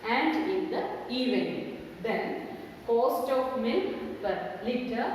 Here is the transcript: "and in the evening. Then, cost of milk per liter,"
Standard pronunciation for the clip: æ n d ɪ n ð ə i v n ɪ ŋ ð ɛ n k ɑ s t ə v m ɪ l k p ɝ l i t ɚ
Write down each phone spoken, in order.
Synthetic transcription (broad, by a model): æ n d ɪ n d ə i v ɪ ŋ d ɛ n k ɑ s t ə p m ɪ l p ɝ l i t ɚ